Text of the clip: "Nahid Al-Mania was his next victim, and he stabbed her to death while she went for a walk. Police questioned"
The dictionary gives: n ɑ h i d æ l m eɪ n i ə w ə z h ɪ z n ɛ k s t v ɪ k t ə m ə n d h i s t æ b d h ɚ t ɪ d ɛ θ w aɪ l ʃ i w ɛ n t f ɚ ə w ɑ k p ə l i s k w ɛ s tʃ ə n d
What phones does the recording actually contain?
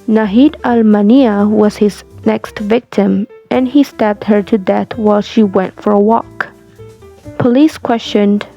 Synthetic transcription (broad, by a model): n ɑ h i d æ l m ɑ n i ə w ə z h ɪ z n ɛ k s t v ɪ k t ə m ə n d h i s t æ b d h ɚ t ɪ d ɛ θ w aɪ l ʃ i w ɛ n t f ɚ ə w ɑ k p ə l i s k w ɛ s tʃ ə n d